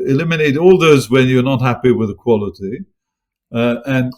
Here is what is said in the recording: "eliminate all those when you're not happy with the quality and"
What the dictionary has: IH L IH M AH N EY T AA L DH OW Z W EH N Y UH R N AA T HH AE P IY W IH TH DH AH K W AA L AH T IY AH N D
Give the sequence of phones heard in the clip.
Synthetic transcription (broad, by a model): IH L IH M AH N EY T AA L DH OW Z W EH N Y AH R N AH T HH AE P IY W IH DH AH K W AA L AH T IY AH N